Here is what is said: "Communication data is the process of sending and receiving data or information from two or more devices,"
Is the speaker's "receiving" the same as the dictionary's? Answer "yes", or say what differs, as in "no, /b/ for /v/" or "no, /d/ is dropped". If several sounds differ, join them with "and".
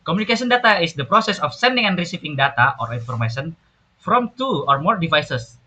no, /p/ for /v/